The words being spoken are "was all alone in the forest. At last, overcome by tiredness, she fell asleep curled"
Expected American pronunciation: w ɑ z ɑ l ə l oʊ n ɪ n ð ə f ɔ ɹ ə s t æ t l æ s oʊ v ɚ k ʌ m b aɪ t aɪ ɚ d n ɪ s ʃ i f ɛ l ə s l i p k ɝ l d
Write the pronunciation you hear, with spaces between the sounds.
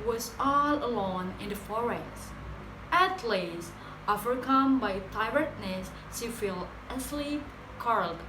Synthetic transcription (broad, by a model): w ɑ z ɑ l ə l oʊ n ɪ n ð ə f ɔ ɹ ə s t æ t l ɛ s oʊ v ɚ k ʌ m b aɪ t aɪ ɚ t n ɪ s s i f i l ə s l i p k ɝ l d